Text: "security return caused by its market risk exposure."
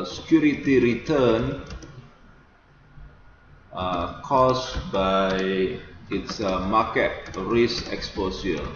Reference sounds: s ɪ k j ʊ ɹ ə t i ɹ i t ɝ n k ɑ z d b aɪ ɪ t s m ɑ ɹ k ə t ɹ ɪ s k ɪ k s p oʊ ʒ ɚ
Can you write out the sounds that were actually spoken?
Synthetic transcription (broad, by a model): s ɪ k j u ɹ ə t i ɹ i t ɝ n k ɑ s b aɪ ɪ t s m ɑ k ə t ɹ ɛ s ɪ k s p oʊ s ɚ